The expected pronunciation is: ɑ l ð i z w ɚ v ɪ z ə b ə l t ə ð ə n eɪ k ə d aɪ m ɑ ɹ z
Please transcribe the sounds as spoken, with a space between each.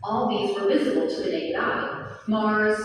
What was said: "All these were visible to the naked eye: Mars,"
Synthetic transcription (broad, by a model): ɑ l ð i z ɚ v ɪ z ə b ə l t ə ð ə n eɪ ə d aɪ m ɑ ɹ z